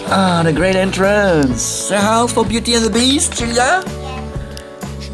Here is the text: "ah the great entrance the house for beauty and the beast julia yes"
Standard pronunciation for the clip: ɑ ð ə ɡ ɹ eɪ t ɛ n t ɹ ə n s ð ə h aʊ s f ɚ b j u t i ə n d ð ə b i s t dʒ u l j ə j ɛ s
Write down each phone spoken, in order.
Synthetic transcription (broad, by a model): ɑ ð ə ɡ ɹ eɪ t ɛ n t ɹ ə n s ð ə h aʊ f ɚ b j u t i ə n ð ə b i s t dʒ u l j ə